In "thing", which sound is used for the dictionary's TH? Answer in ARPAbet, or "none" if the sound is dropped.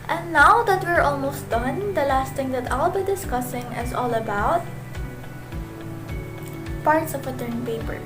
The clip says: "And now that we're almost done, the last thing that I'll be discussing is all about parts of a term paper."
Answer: T